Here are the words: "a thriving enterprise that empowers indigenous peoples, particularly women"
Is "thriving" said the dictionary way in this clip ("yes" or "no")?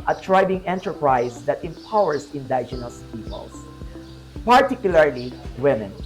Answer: no